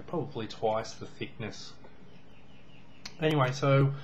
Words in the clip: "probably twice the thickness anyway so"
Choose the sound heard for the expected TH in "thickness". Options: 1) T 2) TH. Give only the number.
2